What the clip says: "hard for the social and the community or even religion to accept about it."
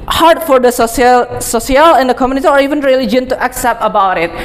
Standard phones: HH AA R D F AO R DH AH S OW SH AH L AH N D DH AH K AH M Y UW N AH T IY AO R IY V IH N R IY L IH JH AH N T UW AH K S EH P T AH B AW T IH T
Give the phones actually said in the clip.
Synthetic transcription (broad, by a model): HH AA R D F AO R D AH S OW S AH L AH N D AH K AH M Y UW N AH T IY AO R IY V IH N R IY L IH JH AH N T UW AH K S EH P T AH B AW T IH T